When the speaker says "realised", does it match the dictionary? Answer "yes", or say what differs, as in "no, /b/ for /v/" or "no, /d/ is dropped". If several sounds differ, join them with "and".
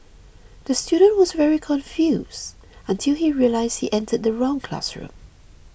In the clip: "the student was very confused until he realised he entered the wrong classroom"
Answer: yes